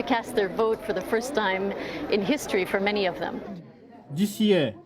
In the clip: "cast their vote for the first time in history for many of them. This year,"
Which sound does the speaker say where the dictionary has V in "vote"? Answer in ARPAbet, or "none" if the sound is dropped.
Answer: V